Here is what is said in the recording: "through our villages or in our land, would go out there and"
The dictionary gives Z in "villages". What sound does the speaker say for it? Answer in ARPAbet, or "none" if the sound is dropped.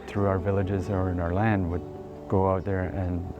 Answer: Z